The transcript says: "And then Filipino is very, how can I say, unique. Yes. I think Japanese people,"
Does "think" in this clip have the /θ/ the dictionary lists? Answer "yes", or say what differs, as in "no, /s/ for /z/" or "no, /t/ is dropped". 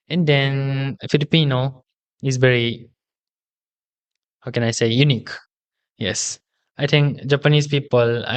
no, /t/ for /θ/